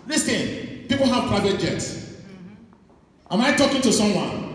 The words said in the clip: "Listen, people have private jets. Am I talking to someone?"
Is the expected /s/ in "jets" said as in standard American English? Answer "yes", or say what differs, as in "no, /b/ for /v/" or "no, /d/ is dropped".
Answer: yes